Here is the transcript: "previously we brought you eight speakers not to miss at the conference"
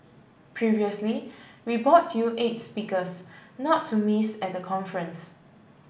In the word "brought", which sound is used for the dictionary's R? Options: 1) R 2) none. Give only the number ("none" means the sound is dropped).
2